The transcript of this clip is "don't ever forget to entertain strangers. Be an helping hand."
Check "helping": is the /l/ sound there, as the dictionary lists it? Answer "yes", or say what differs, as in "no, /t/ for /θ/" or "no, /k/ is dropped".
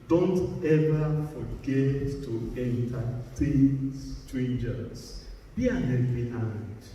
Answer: no, /l/ is dropped